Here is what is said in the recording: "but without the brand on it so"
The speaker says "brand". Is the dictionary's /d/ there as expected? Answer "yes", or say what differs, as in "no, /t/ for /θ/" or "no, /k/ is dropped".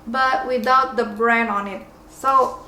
no, /d/ is dropped